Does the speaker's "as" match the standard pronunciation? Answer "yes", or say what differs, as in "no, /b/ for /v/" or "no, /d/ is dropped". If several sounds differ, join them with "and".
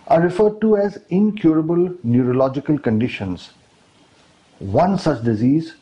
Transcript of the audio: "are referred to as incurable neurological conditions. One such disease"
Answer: yes